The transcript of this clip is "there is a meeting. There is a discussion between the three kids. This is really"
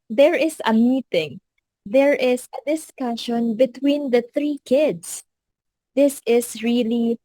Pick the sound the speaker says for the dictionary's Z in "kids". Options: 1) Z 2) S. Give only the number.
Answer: 2